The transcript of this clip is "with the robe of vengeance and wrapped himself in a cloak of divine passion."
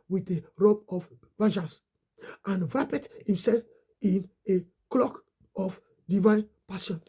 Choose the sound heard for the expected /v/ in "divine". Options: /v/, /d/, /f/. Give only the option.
/v/